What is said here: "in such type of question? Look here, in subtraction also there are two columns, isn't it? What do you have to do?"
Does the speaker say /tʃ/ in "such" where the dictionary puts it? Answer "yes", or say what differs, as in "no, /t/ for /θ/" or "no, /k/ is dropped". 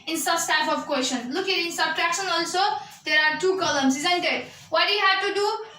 no, /s/ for /tʃ/